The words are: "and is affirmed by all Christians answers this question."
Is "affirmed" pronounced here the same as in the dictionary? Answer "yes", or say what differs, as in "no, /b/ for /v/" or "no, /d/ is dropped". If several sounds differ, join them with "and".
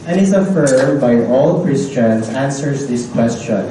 no, /m/ is dropped